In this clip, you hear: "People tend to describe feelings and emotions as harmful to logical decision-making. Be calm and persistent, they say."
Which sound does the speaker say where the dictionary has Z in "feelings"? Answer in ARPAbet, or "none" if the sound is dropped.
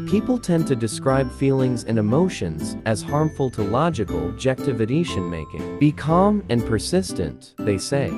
Z